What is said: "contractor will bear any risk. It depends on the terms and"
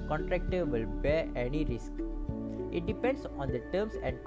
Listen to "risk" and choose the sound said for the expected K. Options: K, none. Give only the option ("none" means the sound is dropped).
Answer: K